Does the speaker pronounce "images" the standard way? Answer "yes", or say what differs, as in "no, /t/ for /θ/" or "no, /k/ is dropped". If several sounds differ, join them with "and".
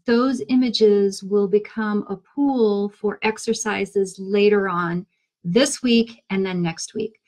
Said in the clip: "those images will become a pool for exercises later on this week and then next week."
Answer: yes